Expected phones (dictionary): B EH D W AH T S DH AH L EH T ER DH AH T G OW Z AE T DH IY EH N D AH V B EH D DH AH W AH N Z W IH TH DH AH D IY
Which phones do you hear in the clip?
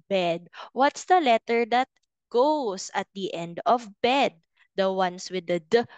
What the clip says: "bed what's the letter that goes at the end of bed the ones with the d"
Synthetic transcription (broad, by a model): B EH D W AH T S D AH L EH T ER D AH T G OW S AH T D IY EH N D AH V B EH D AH W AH N S W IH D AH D